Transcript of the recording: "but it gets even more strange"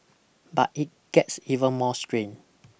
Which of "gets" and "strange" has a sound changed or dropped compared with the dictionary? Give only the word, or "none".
strange